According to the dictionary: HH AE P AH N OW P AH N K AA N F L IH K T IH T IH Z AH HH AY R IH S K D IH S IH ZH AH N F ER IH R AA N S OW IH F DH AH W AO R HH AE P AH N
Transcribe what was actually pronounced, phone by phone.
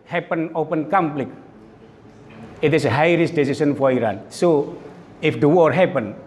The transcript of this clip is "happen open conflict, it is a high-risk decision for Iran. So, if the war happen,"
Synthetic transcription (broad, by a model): HH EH P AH N OW P AH N K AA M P L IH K IH T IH S AH HH AY R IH S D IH S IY S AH N F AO IH R AA N S OW IH F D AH W AO R HH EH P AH N